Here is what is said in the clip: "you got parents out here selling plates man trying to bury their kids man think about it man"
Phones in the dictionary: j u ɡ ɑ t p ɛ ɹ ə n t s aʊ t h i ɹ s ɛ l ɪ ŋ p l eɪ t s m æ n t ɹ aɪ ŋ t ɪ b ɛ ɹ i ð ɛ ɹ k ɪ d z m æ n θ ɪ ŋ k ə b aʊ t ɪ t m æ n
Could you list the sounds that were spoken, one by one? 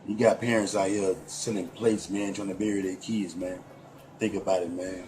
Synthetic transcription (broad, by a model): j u ɡ ɑ t p ɛ ɹ ə n t s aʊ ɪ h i s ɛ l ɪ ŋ p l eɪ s m æ n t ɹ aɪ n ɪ b ɛ ɹ i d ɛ k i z m æ n θ ɪ ŋ k ə b aʊ t ɪ t m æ n